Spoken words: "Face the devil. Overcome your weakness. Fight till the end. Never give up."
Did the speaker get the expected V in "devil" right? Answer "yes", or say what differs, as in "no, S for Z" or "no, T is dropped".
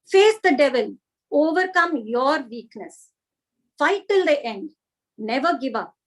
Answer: yes